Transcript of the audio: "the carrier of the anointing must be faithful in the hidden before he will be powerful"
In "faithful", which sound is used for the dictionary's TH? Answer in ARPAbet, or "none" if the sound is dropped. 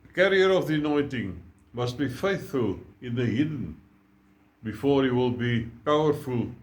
TH